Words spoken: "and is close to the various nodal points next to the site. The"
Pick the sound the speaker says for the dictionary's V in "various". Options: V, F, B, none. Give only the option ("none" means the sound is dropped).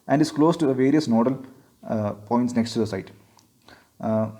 V